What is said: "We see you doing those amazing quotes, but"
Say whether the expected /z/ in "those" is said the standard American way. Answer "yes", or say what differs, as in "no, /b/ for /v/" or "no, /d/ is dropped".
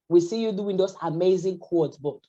no, /s/ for /z/